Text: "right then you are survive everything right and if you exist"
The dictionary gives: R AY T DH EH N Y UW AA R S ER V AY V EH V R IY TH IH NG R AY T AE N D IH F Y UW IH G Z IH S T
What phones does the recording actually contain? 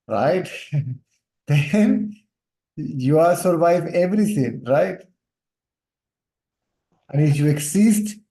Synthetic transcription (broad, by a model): R AY T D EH N Y UW AA R S ER V AY V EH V R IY T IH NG R AY T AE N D IH F Y UW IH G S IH S T